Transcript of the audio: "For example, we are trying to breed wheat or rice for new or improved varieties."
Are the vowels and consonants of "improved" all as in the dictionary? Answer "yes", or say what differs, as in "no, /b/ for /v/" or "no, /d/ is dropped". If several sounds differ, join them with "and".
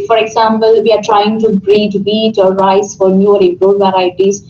no, /v/ is dropped